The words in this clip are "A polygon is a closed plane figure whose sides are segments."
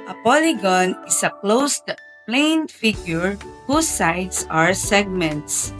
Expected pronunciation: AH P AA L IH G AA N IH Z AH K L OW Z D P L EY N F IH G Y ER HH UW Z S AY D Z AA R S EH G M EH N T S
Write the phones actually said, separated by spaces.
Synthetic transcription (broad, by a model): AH P AA L IH G AA N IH S AH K L OW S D P L EY N F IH G Y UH HH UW S AY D S AA R S EH G M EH N T S